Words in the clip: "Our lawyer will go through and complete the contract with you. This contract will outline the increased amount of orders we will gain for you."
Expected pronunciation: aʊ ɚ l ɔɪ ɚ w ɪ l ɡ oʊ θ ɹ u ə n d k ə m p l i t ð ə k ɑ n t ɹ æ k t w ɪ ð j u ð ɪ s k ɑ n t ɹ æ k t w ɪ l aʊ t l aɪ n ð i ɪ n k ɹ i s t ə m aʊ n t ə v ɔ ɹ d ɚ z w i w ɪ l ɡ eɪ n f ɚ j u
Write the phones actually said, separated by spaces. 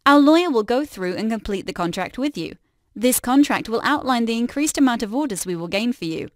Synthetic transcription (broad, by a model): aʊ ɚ l ɔɪ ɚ w ɪ l ɡ oʊ θ ɹ u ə n k ə m p l i t ð ə k ɑ n t ɹ æ k t w ɪ ð j u ð ɪ s k ɑ n t ɹ æ k t w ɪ l aʊ t l aɪ n ð i ɪ n k ɹ i s t ə m aʊ n t ə v ɔ ɹ d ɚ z w i w ɪ l ɡ eɪ n f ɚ j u